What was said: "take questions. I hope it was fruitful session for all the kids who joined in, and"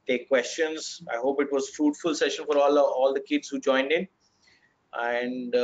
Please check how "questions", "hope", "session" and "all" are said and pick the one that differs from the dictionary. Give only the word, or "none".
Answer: none